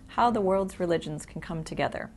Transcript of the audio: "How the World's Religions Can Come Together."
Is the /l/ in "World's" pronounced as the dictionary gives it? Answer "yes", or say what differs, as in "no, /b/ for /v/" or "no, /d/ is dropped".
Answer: yes